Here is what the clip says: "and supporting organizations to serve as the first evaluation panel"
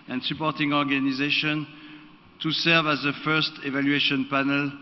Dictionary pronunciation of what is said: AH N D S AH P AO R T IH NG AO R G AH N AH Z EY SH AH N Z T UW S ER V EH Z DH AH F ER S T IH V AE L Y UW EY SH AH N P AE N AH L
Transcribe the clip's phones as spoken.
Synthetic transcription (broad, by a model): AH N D S AH P AO R T IH NG AO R G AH N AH Z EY SH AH N T UW S ER V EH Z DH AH F ER S T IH V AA L Y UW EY SH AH N P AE N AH L